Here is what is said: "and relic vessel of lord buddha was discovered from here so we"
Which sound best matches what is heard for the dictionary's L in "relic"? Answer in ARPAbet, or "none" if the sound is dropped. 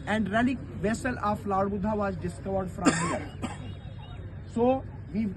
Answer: L